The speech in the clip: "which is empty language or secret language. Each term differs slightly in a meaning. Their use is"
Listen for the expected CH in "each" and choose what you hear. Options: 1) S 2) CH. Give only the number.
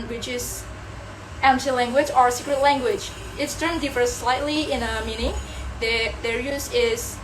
1